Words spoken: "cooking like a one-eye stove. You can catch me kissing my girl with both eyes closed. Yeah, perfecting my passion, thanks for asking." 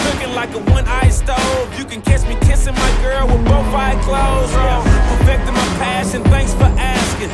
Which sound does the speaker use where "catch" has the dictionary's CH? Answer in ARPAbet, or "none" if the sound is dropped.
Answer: S